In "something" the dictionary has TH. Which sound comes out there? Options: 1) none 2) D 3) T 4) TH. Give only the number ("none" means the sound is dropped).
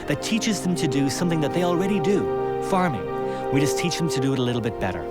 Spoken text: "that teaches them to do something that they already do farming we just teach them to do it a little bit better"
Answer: 4